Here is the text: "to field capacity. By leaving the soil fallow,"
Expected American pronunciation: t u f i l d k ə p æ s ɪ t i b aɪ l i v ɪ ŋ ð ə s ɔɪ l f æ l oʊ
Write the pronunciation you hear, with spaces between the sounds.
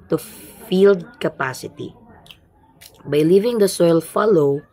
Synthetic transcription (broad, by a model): t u f i l d k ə p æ s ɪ t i b aɪ l i v ɪ ŋ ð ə s ɔɪ l f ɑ l oʊ